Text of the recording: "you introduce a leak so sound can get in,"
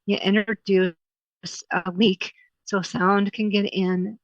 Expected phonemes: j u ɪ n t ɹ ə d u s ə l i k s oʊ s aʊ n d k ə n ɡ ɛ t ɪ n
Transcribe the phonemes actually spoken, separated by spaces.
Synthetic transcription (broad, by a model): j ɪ t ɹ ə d u s ə w i k s oʊ s aʊ n d k ə n ɡ ɛ t ɪ n